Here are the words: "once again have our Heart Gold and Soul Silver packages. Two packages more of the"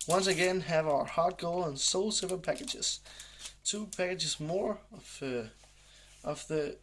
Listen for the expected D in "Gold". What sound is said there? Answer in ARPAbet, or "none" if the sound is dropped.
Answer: none